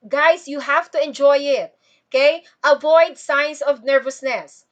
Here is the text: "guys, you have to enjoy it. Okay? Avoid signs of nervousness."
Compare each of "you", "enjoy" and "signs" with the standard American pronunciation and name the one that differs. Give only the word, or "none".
signs